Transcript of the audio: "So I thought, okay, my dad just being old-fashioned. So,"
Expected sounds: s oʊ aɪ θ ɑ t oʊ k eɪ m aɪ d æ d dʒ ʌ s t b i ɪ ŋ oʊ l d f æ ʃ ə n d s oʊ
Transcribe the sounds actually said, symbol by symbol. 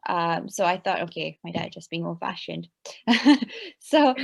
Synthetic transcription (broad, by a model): s oʊ aɪ θ ɑ t oʊ k eɪ m aɪ d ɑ d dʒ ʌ s b i ɪ ŋ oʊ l f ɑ ʃ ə n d s oʊ